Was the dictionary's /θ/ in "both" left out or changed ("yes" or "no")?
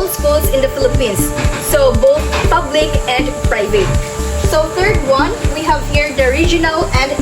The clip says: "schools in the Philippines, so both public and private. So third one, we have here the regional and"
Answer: yes